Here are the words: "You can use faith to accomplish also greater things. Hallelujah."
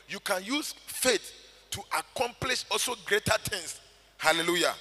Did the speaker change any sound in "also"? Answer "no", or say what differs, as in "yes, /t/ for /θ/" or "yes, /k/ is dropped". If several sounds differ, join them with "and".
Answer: no